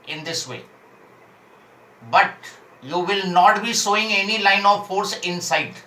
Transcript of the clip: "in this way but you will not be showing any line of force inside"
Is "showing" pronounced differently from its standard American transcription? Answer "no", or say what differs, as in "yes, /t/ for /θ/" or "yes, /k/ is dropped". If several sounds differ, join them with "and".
yes, /s/ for /ʃ/